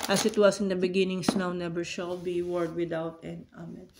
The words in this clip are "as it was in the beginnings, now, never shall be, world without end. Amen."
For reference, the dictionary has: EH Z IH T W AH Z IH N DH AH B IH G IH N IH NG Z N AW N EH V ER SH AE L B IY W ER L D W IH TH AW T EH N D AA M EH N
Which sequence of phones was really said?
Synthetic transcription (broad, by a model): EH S IH T W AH S IH N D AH B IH G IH N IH NG S N AW N EH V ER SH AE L B IY W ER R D W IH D AW T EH N AA M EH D